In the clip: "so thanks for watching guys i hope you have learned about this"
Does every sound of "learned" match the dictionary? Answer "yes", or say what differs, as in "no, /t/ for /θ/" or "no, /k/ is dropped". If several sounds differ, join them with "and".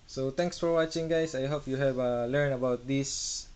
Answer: no, /d/ is dropped